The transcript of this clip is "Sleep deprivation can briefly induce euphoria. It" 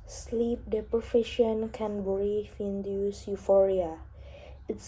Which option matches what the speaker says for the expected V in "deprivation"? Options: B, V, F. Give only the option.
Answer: F